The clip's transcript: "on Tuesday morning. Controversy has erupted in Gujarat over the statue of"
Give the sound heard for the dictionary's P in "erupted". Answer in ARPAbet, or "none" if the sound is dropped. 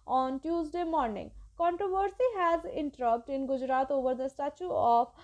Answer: none